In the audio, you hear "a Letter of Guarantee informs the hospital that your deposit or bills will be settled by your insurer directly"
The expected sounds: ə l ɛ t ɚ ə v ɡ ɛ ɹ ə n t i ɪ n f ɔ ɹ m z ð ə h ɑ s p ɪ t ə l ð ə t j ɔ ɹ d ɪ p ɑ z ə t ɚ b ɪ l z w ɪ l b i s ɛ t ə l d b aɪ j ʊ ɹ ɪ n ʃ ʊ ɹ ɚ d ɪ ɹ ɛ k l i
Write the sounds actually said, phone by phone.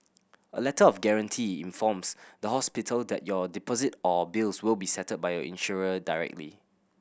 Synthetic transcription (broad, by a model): ə l ɛ t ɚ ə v ɡ ɛ ɹ ə n t i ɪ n f ɔ m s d ə h ɑ s p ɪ t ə l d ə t j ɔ d ɪ p ɑ z ə t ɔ b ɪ l s w ɪ l b i s ɛ t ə d b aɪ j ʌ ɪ n ʃ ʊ ɹ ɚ d ɪ ɹ ɛ k l i